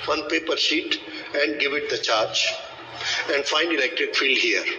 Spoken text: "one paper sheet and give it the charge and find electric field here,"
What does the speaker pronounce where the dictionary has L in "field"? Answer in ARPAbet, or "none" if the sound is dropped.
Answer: L